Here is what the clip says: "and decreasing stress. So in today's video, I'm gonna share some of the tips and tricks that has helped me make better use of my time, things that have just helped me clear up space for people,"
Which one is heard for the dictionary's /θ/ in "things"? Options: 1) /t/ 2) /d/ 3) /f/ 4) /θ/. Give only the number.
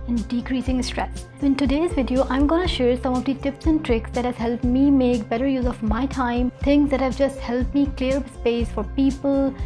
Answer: 1